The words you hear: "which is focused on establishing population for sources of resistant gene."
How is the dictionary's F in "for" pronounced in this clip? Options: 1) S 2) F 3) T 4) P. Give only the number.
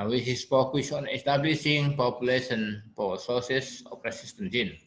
4